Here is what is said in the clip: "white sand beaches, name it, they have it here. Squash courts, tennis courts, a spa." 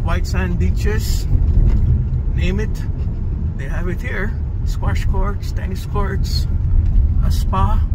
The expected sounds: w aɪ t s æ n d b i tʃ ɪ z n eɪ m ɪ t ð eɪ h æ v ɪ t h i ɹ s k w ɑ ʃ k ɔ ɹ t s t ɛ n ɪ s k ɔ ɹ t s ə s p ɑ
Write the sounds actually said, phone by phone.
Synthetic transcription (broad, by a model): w aɪ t s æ n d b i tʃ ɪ s n eɪ m ɪ t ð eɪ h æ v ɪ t h i ɹ s k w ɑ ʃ k ɔ ɹ t s t ɛ n ɪ s k ɔ ɹ t s ə s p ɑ